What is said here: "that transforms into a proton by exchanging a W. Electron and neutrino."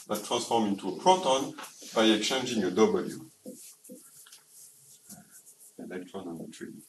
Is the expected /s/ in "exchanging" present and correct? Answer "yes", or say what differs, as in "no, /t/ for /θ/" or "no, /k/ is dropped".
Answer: no, /s/ is dropped